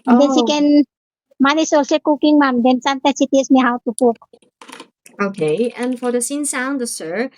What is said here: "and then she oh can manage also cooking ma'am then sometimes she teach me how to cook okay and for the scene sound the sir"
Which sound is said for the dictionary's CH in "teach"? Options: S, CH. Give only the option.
S